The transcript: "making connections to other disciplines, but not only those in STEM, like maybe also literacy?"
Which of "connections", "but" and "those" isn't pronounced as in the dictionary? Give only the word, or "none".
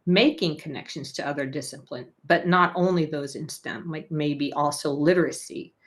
none